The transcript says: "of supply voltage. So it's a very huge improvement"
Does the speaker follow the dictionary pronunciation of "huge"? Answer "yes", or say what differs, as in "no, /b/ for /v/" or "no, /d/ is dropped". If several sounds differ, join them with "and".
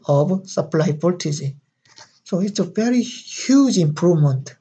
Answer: yes